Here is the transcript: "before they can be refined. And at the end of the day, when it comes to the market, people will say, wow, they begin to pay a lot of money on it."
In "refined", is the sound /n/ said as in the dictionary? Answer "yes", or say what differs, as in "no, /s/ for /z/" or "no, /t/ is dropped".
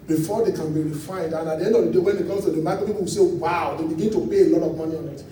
no, /n/ is dropped